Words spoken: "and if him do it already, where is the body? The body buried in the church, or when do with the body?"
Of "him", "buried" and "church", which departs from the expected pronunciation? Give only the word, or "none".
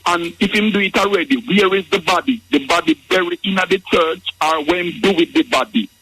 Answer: buried